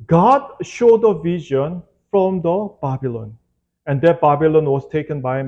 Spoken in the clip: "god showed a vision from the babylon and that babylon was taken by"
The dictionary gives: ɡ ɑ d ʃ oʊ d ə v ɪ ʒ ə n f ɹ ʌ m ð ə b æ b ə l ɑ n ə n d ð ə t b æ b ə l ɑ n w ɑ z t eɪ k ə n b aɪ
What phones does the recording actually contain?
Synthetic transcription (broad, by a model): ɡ ɑ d ʃ oʊ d ə v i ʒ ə n f ɹ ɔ m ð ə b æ b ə l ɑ n ə n d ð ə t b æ b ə l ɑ n w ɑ s t eɪ k ə n b aɪ